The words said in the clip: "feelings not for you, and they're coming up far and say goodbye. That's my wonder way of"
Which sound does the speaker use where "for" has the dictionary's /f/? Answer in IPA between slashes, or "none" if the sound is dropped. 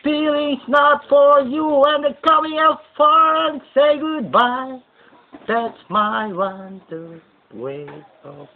/f/